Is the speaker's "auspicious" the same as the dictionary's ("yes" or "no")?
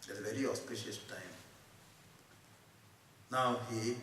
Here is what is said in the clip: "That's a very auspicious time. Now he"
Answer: yes